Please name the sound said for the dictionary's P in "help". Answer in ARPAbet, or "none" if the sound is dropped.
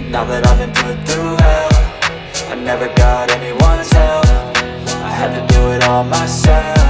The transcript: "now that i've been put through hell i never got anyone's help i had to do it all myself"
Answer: F